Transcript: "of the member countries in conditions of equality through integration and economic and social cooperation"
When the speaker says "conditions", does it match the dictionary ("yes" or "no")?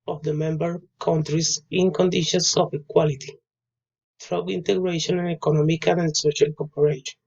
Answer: no